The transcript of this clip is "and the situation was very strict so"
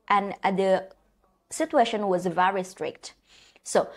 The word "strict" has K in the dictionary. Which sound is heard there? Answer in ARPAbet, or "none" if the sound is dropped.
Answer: K